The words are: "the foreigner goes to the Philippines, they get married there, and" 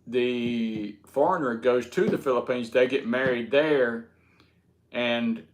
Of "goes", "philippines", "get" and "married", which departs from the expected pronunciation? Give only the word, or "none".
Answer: none